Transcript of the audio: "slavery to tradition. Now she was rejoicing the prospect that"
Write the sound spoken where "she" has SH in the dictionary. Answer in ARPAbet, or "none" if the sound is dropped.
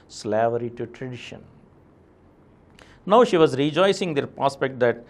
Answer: SH